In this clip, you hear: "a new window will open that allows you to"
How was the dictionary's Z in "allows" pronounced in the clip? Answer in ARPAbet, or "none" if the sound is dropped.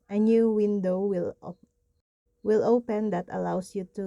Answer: S